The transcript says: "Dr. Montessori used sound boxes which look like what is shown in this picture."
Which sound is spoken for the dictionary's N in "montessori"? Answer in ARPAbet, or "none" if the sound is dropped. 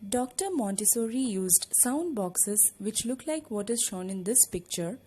N